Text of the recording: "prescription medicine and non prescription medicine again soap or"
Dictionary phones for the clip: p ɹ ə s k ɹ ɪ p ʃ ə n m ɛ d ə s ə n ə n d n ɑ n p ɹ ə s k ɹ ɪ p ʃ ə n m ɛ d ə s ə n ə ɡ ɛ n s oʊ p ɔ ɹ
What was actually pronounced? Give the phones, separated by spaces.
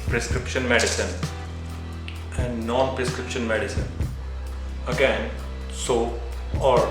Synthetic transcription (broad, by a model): p ɹ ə s k ɹ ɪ p ʃ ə n m ɛ d ə s ə n ə n d n ɑ n p ɹ ə s k ɹ ɪ p ʃ ə n m ɛ d ə s ə n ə ɡ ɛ n s oʊ ɔ ɹ